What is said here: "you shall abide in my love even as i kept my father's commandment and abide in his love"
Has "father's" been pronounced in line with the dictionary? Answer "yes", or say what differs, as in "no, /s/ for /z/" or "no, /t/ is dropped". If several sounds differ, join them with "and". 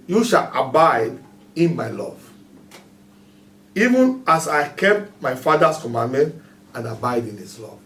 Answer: no, /s/ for /z/